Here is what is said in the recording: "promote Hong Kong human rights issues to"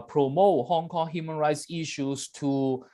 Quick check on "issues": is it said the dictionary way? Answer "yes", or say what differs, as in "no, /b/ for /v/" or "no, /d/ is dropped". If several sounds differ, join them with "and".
no, /s/ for /z/